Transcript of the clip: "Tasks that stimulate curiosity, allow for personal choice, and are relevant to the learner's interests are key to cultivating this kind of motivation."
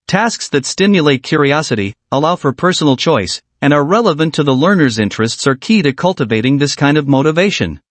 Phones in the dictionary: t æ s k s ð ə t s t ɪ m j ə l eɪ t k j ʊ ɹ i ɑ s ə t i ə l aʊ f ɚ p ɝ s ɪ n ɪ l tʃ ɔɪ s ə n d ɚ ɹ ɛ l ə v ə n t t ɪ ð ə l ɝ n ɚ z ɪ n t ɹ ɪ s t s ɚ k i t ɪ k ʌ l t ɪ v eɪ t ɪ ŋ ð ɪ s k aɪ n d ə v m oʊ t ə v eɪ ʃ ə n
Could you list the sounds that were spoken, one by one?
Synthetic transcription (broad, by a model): t æ s k s ð ə t s t ɪ m j ə l eɪ t k j ʊ ɹ i ɑ s ə t i ə l aʊ f ɚ p ɝ s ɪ n l tʃ ɔɪ s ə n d ɚ ɹ ɛ l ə v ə n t t ɪ ð ə l ɝ n ɚ z ɪ n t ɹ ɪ s t s ɚ k i t ɪ k ʌ l t ɪ v eɪ t ɪ ŋ ð ɪ s k aɪ n d ə v m oʊ t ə v eɪ ʃ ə n